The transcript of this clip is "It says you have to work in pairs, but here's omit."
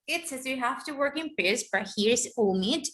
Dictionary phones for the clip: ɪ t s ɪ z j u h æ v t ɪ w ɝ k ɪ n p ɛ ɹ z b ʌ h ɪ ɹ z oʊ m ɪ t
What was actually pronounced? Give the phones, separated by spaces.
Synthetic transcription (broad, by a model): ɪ t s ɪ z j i h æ f t ɪ w ɝ k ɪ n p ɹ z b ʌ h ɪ ɹ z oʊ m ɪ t